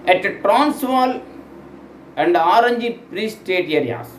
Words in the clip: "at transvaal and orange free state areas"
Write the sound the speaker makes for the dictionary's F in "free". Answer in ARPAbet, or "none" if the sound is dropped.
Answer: P